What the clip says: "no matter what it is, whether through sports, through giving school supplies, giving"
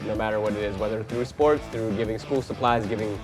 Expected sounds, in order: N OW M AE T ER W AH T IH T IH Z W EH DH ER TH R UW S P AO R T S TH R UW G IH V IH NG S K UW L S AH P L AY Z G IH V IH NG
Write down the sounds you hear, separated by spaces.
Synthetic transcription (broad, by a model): N OW M AE T ER W AH T IH T IH Z W EH DH ER TH R UW S P AO R T S TH R UW G IH V IH NG S K UW L S AH P L AY Z G IH V IH NG